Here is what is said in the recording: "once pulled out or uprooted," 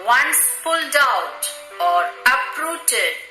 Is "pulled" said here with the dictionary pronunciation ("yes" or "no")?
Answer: no